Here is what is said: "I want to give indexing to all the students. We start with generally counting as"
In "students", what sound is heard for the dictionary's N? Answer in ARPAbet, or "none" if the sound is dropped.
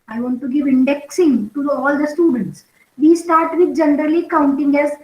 N